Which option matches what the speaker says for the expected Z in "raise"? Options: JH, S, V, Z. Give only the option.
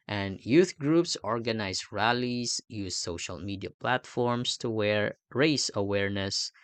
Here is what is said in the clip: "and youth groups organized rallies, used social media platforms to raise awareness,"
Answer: S